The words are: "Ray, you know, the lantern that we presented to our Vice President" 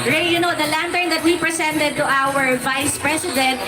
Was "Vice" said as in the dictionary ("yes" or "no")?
yes